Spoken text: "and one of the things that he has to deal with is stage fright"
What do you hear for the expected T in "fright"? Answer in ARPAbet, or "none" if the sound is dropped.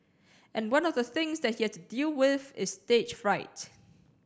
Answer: T